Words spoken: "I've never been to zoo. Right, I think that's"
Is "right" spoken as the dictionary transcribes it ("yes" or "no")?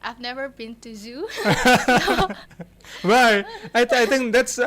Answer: no